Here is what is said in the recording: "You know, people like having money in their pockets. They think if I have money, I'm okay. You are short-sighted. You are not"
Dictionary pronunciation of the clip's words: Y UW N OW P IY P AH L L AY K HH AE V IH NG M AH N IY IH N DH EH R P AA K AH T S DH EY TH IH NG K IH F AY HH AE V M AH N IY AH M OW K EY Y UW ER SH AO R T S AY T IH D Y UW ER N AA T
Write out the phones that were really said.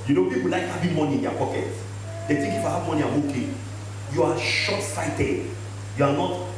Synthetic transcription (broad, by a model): Y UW N OW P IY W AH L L AY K HH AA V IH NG M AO N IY IH N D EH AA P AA K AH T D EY T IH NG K IH F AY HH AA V M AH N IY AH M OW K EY Y UW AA SH AO T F AY T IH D Y UW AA N AA T